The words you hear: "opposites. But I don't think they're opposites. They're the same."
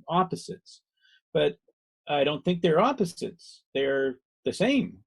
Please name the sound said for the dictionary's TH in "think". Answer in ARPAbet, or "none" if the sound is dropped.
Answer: TH